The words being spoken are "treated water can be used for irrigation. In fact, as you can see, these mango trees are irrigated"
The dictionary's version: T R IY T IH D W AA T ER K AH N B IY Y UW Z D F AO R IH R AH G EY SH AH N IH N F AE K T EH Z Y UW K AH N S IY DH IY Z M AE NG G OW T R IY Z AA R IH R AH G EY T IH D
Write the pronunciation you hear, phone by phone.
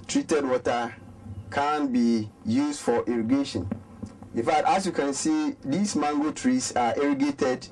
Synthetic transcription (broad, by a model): T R IY T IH D W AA T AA K AH N B IY Y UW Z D F AO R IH R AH G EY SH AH N IH N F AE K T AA S Y UW K AH N S IY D IY S M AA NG G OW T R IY S AA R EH R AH G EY T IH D